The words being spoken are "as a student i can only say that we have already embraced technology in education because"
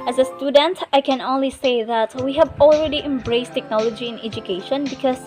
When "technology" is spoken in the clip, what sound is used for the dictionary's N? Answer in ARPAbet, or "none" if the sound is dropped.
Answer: N